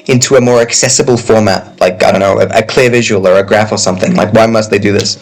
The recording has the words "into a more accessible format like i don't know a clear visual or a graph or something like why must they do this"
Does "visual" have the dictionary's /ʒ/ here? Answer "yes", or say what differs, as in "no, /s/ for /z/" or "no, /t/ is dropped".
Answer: yes